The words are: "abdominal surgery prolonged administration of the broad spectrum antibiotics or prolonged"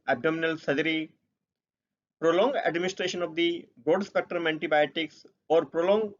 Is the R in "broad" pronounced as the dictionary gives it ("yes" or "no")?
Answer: no